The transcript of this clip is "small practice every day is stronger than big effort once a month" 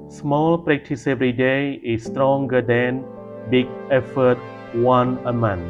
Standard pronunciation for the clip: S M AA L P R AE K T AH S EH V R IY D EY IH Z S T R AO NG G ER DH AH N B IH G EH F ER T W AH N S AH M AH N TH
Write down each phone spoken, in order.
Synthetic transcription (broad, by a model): S M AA L P R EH K T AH S EH V R IY D EY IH S T R AO NG G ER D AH N B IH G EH F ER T W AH N AH M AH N